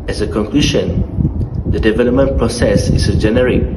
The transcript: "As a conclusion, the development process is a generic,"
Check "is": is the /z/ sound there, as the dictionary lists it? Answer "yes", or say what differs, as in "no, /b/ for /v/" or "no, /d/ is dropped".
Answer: no, /s/ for /z/